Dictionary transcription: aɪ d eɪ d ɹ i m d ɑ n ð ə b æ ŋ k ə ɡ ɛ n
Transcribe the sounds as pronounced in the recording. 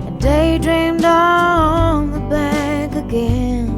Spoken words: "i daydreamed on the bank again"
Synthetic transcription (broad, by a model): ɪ d eɪ d ɹ i m d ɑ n ð ə b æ k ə ɡ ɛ n